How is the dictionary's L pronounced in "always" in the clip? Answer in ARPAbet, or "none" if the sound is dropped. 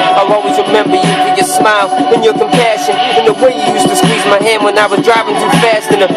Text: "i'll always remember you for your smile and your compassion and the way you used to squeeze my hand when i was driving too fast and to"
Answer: none